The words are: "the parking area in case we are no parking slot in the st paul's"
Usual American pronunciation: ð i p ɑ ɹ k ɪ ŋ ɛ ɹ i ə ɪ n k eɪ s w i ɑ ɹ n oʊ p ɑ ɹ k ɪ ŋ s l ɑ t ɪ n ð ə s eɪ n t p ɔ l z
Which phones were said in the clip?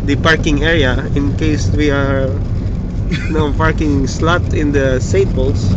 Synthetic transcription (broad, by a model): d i p ɑ ɹ k ɪ ŋ ɛ ɹ i ə ɪ n k eɪ s w i ɑ ɹ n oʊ p ɑ ɹ k ɪ ŋ s l ɑ t ɪ n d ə s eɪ t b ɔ l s